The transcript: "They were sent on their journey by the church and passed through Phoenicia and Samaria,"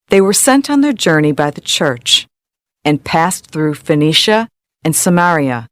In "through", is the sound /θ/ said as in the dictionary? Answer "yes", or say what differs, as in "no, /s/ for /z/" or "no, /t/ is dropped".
yes